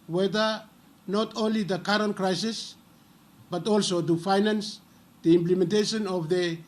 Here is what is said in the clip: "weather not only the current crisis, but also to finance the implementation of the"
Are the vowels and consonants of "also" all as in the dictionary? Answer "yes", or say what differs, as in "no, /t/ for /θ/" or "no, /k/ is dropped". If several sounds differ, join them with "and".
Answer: yes